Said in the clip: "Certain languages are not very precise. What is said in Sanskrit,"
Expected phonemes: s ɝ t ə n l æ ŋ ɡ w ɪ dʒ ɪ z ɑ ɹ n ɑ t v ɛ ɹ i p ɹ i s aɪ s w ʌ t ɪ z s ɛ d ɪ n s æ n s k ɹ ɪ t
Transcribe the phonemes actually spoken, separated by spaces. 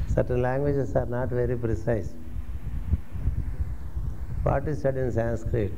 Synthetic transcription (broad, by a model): s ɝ t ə n l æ ŋ ɡ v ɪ dʒ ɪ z ɑ ɹ n ɑ t v ɛ ɹ i p ɹ i s aɪ s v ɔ t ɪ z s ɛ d ɪ n s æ n s k ɹ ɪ t